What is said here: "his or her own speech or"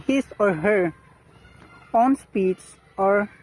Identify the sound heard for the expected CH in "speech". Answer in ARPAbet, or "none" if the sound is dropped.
S